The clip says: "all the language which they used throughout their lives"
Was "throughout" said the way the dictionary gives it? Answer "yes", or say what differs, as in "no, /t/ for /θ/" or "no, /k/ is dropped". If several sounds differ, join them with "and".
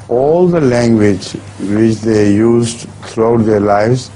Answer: no, /t/ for /θ/